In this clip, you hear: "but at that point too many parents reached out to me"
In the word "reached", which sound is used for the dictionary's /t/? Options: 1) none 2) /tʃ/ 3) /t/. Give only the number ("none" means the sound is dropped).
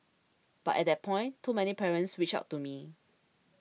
1